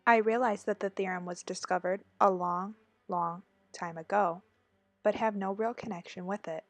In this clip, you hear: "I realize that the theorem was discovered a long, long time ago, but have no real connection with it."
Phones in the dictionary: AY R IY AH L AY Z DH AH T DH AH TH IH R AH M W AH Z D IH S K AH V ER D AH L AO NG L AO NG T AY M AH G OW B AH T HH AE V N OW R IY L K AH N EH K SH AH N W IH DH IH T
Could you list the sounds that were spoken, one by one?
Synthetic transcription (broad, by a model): AY R IY AH L AY Z DH AH T DH AH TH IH R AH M W AH Z D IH S K AH V ER D AH L AO NG L AO NG T AY M AH G OW B AH T HH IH V N OW R IY L K AH N EH K SH AH N W IH DH IH T